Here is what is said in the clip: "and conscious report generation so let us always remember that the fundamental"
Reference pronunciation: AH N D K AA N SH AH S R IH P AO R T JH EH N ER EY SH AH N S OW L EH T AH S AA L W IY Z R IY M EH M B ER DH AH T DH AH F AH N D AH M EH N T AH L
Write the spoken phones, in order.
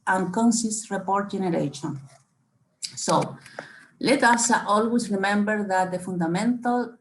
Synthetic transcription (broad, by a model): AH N K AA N S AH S R IH P AO R T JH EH N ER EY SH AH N S OW L EH T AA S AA L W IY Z R IY M EH M B ER DH AH T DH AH F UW N D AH M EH N T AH L